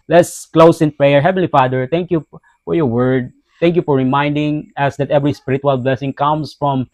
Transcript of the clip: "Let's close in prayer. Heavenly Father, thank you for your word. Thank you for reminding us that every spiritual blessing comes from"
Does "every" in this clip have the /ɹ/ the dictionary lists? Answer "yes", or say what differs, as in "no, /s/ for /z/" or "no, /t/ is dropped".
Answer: yes